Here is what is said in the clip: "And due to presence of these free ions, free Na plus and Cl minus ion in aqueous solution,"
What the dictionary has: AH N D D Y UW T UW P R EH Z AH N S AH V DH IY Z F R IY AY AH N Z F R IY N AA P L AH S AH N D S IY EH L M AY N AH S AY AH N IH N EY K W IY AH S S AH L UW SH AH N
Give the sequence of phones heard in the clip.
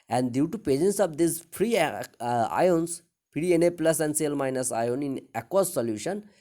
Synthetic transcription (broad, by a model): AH N D D Y UW T UW P EH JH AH N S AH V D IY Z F R IY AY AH N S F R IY N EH P L AH S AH N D S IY L M AY N AH S AY AH N IH N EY K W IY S S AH L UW SH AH N